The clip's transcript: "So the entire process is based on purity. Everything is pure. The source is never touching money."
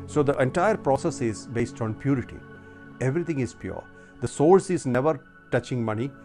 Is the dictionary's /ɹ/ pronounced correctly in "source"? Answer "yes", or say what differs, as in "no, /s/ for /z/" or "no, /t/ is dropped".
no, /l/ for /ɹ/